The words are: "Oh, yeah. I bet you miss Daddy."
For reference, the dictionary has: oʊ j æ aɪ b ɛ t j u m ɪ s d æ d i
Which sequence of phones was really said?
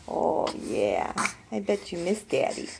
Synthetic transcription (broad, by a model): oʊ j æ aɪ b ɛ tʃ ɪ m ɪ s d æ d i